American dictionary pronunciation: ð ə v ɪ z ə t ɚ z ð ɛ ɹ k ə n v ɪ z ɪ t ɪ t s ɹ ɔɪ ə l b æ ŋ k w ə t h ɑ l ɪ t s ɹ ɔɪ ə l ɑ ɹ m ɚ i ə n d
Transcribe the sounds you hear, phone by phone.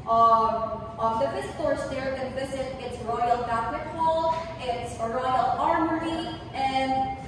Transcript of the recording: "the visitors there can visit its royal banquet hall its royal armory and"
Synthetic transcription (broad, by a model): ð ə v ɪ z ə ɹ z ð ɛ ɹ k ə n v ɪ z ɪ t ɪ t s ɹ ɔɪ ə l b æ k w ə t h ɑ l ɪ t s ɹ ɔɪ ə l ɑ ɹ m ɚ i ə n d